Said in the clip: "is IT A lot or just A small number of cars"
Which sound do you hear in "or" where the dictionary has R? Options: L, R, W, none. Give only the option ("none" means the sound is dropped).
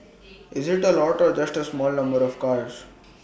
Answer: R